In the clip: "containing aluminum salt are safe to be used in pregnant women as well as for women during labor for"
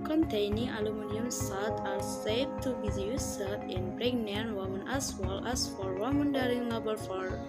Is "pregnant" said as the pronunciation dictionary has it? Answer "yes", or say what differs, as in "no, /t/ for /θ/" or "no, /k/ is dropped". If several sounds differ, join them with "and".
no, /b/ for /p/